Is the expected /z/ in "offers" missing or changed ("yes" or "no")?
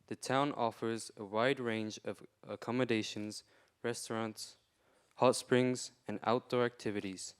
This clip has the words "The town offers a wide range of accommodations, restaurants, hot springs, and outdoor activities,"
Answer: no